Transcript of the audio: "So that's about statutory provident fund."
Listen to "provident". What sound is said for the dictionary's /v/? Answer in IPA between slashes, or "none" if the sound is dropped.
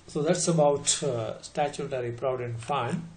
none